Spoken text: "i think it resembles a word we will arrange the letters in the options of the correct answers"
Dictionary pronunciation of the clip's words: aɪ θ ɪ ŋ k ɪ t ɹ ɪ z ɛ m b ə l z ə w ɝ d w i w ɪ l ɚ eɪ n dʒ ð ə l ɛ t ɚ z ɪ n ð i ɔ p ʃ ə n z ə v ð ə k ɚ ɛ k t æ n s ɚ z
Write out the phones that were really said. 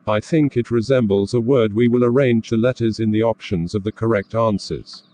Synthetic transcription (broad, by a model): aɪ θ ɪ ŋ k ɪ t ɹ ɪ z ɛ m b ə l z ə w ɝ d w i w ɪ l ɚ eɪ n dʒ ð ə l ɛ t ɚ z ɪ n ð i ɔ p ʃ ə n z ə v ð ə k ɚ ɛ k t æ n s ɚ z